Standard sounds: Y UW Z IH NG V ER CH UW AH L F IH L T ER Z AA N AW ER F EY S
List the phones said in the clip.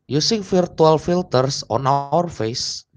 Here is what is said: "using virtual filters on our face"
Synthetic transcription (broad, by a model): Y UW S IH NG F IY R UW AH L F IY L T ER S AA N AW ER F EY S